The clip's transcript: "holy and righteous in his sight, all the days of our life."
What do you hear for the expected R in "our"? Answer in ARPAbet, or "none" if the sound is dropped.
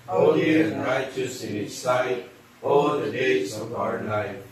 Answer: R